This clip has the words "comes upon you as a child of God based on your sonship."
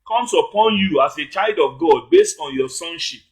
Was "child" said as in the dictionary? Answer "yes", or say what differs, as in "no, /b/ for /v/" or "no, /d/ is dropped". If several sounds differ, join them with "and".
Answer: yes